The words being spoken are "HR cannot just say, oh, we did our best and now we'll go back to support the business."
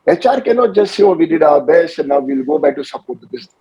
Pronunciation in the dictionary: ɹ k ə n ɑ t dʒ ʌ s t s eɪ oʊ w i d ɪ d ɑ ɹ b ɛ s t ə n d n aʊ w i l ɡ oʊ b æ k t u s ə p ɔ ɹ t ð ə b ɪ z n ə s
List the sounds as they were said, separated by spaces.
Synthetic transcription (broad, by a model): ɹ k ə n ɑ t dʒ ʌ s t s eɪ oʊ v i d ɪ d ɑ b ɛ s ə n n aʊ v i l ɡ oʊ b æ k t u s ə p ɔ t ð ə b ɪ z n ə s